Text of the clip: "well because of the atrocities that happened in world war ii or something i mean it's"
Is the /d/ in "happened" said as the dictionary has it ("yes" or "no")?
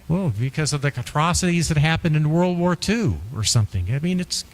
yes